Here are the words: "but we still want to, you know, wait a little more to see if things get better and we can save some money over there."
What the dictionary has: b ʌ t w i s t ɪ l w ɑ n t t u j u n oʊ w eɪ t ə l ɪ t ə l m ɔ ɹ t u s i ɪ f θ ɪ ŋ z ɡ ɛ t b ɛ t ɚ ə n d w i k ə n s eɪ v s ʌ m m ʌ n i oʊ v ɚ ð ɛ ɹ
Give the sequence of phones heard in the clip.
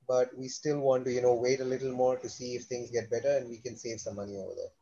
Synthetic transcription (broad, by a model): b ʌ t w i s t ɪ l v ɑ n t t u j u n oʊ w eɪ t ə l ɪ t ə l m ɔ ɹ t u s i ɪ f t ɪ ŋ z ɡ ɛ t b ɛ t ɚ ə n d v i k ə n s eɪ v s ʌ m m ʌ n i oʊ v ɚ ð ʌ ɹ